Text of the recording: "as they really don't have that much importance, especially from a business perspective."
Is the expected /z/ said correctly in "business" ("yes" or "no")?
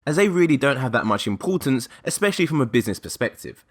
yes